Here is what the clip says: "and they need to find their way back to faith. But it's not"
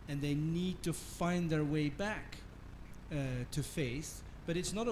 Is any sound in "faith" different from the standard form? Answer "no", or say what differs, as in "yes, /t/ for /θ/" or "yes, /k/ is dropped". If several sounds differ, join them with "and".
yes, /s/ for /θ/